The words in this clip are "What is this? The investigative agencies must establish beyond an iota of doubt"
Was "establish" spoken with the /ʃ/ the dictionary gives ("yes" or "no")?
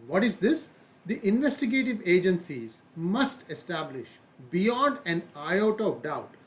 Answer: yes